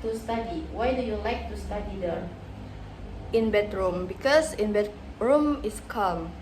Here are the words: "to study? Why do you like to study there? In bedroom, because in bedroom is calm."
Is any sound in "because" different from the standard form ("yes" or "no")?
yes